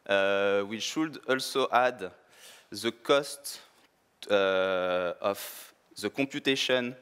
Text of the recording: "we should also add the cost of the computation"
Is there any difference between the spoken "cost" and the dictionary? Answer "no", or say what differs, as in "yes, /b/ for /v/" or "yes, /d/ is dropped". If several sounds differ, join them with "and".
no